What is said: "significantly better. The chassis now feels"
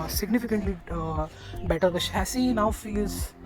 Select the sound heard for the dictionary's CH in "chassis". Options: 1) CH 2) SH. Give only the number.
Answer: 2